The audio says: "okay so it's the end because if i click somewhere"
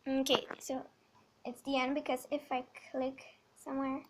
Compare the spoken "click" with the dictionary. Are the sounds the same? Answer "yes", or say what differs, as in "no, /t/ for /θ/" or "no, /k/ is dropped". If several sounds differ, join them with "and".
yes